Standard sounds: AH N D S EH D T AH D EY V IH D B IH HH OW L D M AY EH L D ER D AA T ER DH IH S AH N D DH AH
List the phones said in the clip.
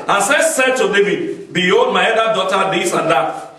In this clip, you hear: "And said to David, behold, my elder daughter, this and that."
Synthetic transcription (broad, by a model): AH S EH S EH D T AH D EY V IH D B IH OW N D M AY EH D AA D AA T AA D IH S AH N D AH